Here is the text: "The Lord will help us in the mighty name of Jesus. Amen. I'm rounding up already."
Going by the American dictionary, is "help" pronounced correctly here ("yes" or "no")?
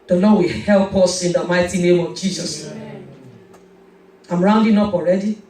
yes